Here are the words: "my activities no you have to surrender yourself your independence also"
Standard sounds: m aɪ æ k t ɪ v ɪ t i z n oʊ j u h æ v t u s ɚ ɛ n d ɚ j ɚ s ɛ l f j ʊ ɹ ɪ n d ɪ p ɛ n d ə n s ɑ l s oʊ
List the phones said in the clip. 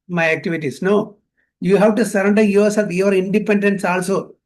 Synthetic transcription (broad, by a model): m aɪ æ k t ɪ v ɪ t i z n oʊ j u h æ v t u s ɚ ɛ n d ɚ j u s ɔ f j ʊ ɹ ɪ n d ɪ p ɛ n d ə n s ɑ l s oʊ